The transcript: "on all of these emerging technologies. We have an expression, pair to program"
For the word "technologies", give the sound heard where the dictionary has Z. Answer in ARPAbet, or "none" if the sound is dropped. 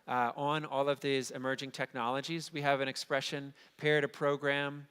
Z